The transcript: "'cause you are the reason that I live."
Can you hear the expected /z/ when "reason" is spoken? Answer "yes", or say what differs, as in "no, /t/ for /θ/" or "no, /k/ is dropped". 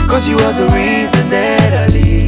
yes